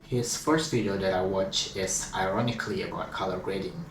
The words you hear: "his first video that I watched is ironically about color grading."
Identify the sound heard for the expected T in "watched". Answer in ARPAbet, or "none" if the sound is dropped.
none